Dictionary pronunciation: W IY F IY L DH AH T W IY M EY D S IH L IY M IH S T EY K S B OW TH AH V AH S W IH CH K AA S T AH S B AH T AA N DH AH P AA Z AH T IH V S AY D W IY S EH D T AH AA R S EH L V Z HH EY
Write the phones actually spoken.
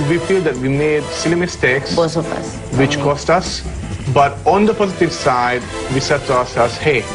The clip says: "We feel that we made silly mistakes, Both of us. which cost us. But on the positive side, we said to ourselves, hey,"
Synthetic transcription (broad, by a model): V IY F IY L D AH T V IY M EY D S IH L IY M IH S T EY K S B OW S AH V AH S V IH CH K AA S T AH S B AH T AA N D AH P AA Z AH T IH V S AY D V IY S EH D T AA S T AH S HH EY